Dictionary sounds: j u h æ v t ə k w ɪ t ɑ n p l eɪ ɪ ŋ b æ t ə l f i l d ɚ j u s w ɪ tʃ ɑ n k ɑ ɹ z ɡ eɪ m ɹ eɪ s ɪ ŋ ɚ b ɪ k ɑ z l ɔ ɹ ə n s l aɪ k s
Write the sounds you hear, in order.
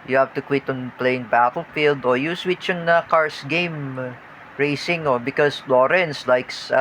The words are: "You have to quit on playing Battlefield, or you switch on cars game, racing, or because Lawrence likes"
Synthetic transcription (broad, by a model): j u h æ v t ə k w ɪ t ɑ n p l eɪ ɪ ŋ b æ t ə l f i l d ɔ j u s w ɪ tʃ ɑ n k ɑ ɹ s ɡ eɪ m ɹ eɪ s ɪ ŋ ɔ b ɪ k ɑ s l ɔ ɹ ə n s l aɪ k s